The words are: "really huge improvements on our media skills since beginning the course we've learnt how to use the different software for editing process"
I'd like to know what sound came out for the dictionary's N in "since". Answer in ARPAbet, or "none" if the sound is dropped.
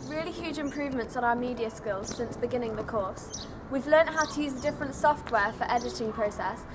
N